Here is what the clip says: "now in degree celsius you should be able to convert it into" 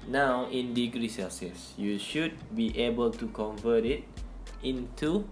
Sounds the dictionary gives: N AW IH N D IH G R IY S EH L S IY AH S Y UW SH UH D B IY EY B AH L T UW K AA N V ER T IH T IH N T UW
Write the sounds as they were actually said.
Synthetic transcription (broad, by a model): N AW IH N D IH G R IY S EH S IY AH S Y UW SH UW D B IY EY B AH L T UW K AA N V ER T IH T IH N T UW